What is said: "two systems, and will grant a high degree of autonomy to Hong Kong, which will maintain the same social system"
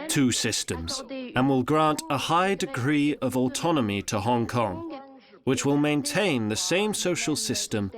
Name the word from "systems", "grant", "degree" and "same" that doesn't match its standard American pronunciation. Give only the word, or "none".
none